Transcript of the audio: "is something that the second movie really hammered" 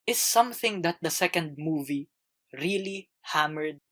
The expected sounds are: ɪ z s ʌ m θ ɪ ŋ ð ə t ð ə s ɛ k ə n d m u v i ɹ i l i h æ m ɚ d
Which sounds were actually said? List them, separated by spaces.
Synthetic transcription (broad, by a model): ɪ s ʌ m θ ɪ ŋ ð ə t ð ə s ɛ k ə n d m u v i ɹ i l i h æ m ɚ d